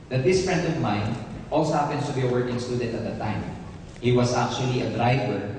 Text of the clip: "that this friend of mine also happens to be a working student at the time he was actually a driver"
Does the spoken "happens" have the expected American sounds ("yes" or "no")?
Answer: no